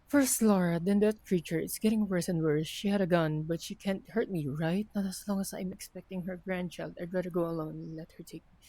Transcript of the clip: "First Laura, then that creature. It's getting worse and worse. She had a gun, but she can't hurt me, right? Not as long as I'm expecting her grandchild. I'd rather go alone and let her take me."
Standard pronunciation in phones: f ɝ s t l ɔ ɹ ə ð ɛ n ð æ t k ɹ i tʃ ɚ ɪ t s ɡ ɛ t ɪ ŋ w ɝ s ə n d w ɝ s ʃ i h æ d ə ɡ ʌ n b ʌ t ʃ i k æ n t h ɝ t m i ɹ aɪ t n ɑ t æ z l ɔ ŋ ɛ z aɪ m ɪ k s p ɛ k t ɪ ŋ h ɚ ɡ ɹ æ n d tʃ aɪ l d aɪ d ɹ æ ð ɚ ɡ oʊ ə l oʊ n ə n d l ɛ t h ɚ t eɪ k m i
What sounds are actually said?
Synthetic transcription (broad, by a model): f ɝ s t l ɔ ɹ ə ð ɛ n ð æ t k ɹ i tʃ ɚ ɪ t s ɡ ɛ t ɪ ŋ w ɝ s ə n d w ɝ s ʃ i h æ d ə ɡ ʌ n b ʌ t ʃ i k æ n t h ɝ t m i ɹ aɪ t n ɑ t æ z l ɔ ŋ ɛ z aɪ m ɪ k s p ɛ k t ɪ ŋ h ɚ ɡ ɹ æ n d tʃ aɪ l d aɪ d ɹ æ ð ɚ ɡ oʊ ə l oʊ ə n l ɛ t h ɚ t eɪ k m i